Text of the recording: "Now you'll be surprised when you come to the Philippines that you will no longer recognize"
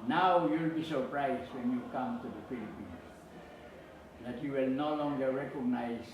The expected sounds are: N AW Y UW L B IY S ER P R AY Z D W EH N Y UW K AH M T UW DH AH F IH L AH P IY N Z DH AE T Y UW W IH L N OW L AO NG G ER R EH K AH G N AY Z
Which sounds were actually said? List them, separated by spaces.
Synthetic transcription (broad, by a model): N AW Y UW L B IY S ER P R AY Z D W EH N Y UW K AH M T UW DH AH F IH L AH P IY N S DH AE T Y UW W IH L N OW L AO NG G ER R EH K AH G N AY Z